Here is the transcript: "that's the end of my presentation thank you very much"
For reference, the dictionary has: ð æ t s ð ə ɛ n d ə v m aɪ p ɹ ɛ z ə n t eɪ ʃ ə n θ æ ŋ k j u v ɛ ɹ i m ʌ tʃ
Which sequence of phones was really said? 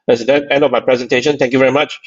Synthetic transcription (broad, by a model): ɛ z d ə ɛ n d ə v m aɪ p ɹ ɛ z ə n t eɪ ʃ ə n t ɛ ŋ k j u v ɛ ɹ i m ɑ tʃ